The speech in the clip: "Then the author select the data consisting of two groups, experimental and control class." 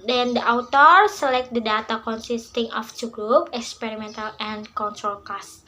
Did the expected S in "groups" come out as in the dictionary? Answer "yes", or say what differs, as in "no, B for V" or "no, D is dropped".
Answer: no, S is dropped